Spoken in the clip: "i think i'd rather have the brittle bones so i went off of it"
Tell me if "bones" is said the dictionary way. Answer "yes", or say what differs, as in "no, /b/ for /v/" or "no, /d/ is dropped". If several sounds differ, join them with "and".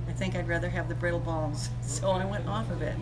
no, /l/ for /n/